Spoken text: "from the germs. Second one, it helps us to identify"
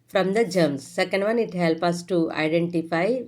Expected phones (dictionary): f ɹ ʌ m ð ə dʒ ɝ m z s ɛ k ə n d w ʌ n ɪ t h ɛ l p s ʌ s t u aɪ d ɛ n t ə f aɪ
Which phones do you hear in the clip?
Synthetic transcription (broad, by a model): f ɹ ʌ m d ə dʒ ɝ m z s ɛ k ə n d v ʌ n ɪ t h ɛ l p ʌ s t u aɪ d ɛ n t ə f aɪ